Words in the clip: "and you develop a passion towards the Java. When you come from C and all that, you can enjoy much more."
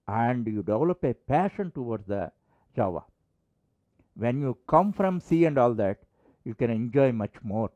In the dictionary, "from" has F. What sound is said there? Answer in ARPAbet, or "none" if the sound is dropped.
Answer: F